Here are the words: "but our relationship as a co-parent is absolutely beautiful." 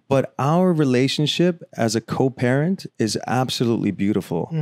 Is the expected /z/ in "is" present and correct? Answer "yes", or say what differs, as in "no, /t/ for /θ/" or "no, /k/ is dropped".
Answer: yes